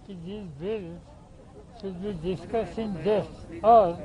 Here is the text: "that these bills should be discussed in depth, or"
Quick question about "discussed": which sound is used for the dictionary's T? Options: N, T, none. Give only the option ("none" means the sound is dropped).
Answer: none